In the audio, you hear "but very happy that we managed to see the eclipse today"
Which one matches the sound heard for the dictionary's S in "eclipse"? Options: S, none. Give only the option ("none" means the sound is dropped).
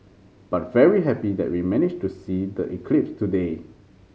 S